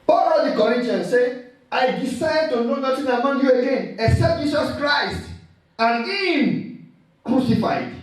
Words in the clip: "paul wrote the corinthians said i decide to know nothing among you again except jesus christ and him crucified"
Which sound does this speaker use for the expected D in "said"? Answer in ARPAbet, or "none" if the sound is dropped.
none